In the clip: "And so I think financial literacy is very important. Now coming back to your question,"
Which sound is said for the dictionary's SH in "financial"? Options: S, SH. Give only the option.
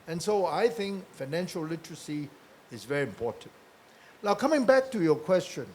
SH